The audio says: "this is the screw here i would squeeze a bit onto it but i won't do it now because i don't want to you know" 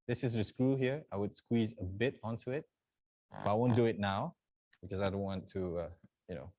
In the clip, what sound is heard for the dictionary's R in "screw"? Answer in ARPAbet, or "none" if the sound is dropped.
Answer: R